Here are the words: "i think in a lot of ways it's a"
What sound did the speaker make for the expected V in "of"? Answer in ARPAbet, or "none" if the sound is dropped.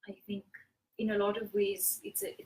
V